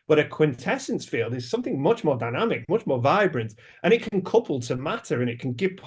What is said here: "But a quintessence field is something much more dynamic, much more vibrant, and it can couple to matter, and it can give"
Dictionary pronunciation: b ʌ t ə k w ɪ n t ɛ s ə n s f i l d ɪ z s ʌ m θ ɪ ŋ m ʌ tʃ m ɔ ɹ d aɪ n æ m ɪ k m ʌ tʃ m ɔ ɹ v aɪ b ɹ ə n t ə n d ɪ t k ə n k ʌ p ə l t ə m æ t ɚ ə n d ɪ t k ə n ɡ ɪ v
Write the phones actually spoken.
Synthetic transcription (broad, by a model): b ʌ t ə k w ɪ n t ɛ s ə n s f i l d ɪ z s ʌ m θ ɪ ŋ m ʌ tʃ m ɔ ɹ d aɪ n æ m ɪ k m ʌ tʃ m ɔ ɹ v aɪ b ɹ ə n t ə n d ɪ t k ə n k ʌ p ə l t ə m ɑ t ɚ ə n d ɪ t k ə n ɡ ɪ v